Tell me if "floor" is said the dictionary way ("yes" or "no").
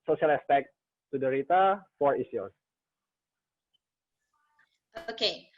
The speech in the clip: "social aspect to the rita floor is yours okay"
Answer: no